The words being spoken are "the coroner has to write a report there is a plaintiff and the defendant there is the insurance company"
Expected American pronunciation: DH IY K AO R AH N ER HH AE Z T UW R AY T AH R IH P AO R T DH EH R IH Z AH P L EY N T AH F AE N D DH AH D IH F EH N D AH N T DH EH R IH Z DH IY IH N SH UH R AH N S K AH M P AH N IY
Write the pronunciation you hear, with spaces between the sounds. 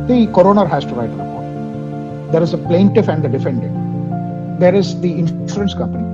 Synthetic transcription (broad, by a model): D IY K AO R AH N ER HH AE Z T UW R AY T AH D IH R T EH R IH Z AH P L EY N T AH F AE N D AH D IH F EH N D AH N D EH R IH Z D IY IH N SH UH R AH N S K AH M P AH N IY